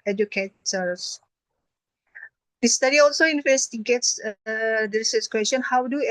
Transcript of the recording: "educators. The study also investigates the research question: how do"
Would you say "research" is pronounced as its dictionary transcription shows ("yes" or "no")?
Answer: no